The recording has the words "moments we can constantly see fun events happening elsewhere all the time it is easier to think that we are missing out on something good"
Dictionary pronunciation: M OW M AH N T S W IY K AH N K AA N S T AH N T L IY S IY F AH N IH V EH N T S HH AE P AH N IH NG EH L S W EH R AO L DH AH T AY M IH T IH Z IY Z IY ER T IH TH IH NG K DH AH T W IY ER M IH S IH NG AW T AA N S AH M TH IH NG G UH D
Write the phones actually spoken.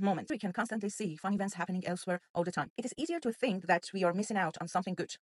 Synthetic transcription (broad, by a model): M OW M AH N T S W IY K AH N K AA N S T AH N T L IY S IY F AH N IH V EH N T S HH AE P AH N IH NG EH L S W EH R AO L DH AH T AY M IH T IH Z IY Z IY ER T IH TH IH NG K DH AH T W IY ER M IH S IH NG AW T N S AH M TH IH NG G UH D